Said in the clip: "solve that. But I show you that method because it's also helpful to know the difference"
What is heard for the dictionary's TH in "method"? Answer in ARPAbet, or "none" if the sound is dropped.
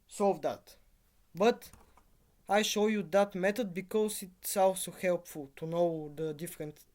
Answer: T